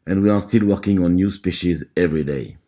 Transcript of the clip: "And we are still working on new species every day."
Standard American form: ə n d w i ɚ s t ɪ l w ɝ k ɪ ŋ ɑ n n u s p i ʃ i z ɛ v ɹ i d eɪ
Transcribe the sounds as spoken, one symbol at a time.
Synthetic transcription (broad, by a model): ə n w i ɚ s t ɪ l w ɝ k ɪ ŋ ɑ n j u s p i ʃ i z ɛ v ɹ i d eɪ